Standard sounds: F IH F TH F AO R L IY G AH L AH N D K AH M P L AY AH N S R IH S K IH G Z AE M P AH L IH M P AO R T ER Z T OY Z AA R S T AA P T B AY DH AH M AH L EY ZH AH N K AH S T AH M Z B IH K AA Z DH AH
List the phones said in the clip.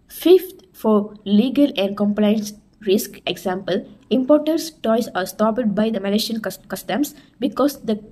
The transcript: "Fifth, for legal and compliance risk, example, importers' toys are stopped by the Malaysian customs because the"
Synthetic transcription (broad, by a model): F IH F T F AO R L IY G AH L AH N D K AH M P L AY AH N S R IH S K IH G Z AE M P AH L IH M P AO R T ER S T OY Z AA R S T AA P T B AY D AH M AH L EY SH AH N K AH S T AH M S B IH K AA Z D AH